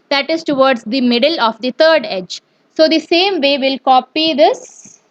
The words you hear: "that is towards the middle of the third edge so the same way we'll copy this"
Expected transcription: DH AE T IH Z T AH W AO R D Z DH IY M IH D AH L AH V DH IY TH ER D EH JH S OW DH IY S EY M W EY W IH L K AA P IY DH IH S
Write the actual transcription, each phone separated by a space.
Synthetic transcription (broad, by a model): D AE T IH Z T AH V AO R D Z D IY M IH D AH L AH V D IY T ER D EH JH S OW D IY S EY M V EY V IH L K AA P IY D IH S